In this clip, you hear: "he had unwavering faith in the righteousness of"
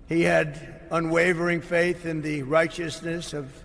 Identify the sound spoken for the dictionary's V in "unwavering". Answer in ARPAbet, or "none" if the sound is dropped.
V